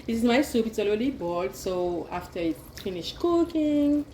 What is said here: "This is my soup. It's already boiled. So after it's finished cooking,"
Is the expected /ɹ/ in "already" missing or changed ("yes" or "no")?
yes